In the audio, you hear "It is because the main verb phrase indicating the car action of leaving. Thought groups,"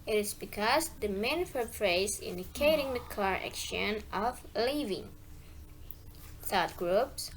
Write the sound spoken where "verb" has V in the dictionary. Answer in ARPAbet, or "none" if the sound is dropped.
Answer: F